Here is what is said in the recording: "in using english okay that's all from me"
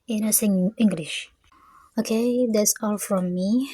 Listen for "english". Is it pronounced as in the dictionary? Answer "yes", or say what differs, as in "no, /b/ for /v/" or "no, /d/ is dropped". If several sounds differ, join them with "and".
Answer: yes